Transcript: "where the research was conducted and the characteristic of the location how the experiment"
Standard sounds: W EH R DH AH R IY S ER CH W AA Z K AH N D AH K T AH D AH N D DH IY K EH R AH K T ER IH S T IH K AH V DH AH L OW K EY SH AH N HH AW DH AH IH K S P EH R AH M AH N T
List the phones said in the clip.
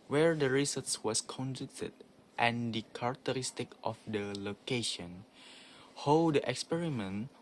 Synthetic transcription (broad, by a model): W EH R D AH R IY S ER S W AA S K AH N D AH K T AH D AH N D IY K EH R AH K T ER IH S T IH K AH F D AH L OW K EY SH AH N HH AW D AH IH K S P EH R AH M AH N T